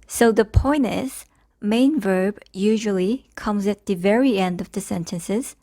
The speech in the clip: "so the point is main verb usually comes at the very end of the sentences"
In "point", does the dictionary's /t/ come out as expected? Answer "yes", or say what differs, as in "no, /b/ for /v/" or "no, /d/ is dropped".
no, /t/ is dropped